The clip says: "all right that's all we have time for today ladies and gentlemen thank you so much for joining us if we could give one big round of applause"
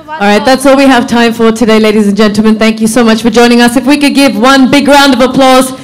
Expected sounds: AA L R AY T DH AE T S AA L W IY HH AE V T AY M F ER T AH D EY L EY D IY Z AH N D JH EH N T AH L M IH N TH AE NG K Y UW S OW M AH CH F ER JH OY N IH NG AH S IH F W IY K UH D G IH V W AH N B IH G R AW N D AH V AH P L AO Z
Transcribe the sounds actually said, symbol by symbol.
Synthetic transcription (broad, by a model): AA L R AY T DH AE T S AA L W IY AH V T AY M F ER T AH D EY L EY D IY Z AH N JH EH N T L M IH N TH AE NG K Y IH S OW M AH CH F ER JH OY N IH NG AH S IH F W IY K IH D G IH V W AH N B IH G R AW N D AH V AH P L AO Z